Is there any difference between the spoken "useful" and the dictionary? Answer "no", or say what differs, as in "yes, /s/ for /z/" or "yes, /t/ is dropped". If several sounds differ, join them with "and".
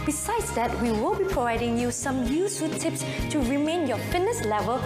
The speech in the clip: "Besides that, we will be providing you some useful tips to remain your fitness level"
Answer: yes, /f/ is dropped